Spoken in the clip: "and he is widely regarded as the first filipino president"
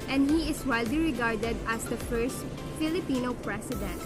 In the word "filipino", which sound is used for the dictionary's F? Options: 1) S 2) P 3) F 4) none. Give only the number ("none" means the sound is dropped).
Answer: 3